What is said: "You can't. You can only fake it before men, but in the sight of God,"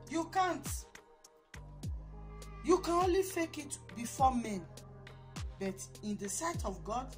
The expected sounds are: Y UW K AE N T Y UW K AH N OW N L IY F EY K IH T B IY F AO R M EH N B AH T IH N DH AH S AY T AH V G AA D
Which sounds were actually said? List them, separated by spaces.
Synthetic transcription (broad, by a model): Y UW K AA N T Y UW K AH N OW N L IY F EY K IH T B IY F AO M EH N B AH T IH N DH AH S AY T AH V G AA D